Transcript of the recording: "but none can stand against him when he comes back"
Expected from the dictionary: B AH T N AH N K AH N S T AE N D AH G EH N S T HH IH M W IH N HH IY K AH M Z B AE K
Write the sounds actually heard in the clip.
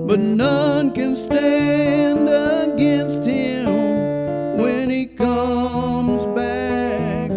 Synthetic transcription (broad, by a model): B AH T N AH N K AH N S T AE N D AH G EH N S T HH IH M W IH N IY K AH M Z B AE K